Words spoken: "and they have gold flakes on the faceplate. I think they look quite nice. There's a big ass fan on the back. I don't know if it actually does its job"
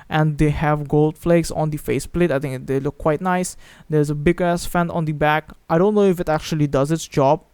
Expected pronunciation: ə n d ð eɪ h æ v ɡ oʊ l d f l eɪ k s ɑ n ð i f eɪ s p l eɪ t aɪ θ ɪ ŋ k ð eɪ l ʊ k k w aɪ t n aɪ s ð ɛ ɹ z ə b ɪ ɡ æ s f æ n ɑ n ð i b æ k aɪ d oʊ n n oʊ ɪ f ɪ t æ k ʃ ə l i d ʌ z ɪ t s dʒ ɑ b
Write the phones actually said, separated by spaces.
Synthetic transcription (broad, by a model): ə n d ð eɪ h æ v ɡ oʊ l d f l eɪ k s ɑ n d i f eɪ s p l eɪ t aɪ t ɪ ŋ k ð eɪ l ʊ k k w aɪ t n aɪ s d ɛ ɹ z ə b ɪ ɡ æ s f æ n ɑ n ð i b æ k aɪ d oʊ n n oʊ ɪ f ɪ t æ k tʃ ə l i d ʌ z ɪ t s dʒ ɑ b